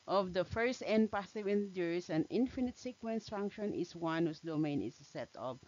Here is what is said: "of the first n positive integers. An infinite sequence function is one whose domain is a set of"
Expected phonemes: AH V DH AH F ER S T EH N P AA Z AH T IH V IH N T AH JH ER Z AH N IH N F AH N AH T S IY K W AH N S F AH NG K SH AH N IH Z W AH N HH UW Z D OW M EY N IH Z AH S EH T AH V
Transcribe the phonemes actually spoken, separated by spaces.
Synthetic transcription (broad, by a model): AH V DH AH F ER S T EH N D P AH S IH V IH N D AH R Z AH N IH N F AH N AH T S IY K W AH N S F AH NG K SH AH N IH S W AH N HH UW S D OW M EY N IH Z AH S EH T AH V